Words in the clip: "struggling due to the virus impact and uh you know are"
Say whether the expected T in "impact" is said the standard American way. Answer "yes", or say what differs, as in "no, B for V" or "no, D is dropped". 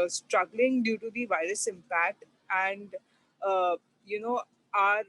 yes